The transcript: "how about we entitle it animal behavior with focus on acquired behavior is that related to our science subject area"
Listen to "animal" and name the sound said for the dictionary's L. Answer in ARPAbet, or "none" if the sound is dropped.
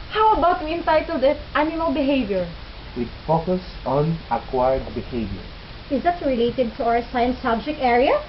N